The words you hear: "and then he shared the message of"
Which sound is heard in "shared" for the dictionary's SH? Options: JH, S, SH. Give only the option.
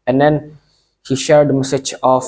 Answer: SH